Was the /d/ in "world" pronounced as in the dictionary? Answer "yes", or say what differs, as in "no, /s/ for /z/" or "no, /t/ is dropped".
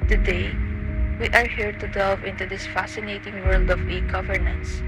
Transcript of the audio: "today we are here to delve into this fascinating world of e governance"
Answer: yes